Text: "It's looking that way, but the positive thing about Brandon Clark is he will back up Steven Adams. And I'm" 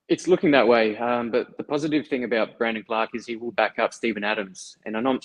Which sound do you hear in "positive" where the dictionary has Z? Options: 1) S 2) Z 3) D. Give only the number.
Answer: 2